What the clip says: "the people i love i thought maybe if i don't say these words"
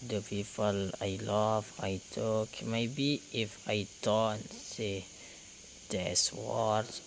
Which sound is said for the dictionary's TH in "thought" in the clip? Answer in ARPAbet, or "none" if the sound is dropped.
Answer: T